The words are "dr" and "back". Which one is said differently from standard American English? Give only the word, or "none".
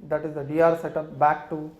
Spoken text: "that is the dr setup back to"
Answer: dr